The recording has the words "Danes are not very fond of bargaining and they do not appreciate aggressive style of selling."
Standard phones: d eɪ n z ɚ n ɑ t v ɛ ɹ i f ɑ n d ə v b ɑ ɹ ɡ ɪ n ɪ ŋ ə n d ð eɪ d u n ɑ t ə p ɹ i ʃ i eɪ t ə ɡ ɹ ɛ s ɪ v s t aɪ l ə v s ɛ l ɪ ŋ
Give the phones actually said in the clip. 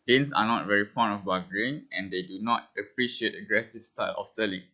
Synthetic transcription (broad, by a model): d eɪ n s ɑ n ɑ t v ɛ ɹ i f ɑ n ə f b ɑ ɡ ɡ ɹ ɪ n ə n d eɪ d u n ɑ t ə p ɹ i ʃ i eɪ t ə ɡ ɹ ɛ s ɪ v s t aɪ l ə f s ɛ l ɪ ŋ